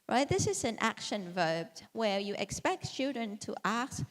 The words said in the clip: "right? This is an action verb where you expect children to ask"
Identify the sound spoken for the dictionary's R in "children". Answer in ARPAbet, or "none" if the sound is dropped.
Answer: R